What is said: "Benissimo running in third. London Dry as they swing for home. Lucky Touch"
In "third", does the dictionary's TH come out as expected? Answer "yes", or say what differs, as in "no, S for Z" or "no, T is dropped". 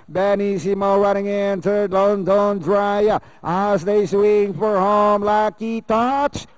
no, S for TH